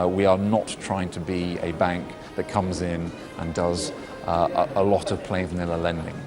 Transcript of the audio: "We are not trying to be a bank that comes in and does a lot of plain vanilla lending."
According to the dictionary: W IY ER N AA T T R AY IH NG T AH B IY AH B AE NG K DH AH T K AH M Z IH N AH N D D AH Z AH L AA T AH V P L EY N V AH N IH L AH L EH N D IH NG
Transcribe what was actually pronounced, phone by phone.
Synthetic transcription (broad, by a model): W IY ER N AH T T R AY IH NG T AH B IY AH B AE NG K DH AH T K AH M Z IH N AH N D D AH Z AH L AA T AH V P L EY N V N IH L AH L EH N D IH NG